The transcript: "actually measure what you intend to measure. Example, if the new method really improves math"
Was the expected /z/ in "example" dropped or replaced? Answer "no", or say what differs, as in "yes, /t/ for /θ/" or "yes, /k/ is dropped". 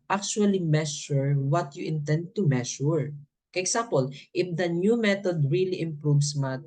yes, /s/ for /z/